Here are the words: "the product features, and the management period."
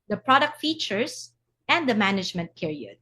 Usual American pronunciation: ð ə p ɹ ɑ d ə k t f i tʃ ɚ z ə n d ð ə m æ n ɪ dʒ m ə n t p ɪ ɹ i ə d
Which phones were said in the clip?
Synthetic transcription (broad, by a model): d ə p ɹ ɑ d ə k t f i tʃ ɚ s ə n d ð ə m æ n ɪ dʒ m ə n t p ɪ ɹ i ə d